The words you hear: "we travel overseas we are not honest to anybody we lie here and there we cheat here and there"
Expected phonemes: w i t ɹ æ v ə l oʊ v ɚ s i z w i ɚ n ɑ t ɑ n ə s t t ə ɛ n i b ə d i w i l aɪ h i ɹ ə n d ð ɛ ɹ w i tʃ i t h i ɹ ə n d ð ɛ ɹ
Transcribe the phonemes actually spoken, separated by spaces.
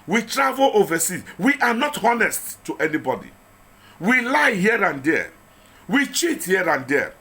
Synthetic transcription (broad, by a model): w i t ɹ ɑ v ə l oʊ v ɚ s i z w i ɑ n ɑ t ɑ n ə s t t ɛ n i b ə d i w i l aɪ h i ɹ ə n d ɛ w i tʃ i t h i ɹ ə n d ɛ